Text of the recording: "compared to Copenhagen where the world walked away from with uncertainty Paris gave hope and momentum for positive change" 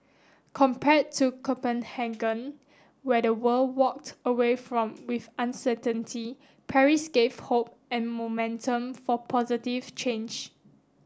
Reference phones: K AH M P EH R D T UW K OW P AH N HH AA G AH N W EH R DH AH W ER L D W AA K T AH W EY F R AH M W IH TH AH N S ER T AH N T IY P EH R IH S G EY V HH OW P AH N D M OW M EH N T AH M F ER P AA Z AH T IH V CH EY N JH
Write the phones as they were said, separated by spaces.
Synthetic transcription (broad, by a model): K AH M P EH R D T UW K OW P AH N HH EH G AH N W EH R AH W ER L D W AA K T AH W EY F R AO M W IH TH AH N S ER T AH N T IY P EH R IH S G EY V HH OW P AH N M OW M EH N T AH M F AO P AA Z AH T IH V CH EY N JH